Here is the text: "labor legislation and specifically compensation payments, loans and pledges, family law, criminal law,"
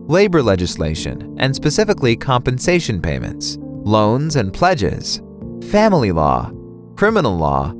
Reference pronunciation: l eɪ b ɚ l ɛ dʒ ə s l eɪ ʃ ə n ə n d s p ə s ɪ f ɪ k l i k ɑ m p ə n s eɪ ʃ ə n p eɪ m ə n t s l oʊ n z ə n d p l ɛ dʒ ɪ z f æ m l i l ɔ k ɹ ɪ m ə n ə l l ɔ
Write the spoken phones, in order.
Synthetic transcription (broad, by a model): l eɪ b ɚ l ɛ dʒ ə s l eɪ ʃ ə n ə n s p ə s ɪ f ɪ k l i k ɑ m p ə n s eɪ ʃ ə n p eɪ m ə n t s l oʊ n z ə n p l ɛ dʒ ɪ z f æ m l i l ɔ k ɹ ɪ m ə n l l ɔ